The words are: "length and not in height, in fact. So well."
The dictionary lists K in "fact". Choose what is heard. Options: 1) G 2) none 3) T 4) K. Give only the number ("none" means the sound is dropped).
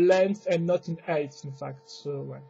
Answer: 4